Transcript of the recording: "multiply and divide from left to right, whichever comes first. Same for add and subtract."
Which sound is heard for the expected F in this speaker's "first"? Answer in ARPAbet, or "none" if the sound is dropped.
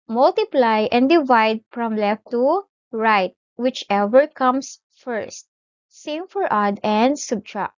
F